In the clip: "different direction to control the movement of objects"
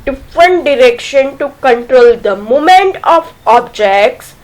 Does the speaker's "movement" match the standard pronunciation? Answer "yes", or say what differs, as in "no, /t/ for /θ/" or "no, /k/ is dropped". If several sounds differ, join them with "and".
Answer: no, /v/ is dropped